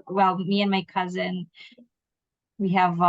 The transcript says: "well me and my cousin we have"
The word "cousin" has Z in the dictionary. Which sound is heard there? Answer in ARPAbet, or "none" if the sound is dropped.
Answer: Z